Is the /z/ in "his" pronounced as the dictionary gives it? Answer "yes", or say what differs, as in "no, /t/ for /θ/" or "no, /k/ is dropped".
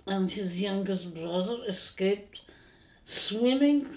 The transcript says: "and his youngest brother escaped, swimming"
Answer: yes